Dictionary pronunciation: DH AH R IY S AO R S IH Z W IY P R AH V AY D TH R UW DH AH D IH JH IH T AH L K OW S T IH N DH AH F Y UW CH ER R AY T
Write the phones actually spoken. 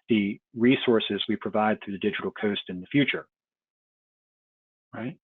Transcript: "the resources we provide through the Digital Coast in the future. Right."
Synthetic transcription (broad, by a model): DH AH R IY S AO R S IH Z W IY P R AH V AY D TH R UW DH AH D IH JH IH T L K OW S T IH N DH AH F Y UW CH ER R AY T